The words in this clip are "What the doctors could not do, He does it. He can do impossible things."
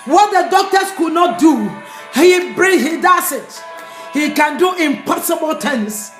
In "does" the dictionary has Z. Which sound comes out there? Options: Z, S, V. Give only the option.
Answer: S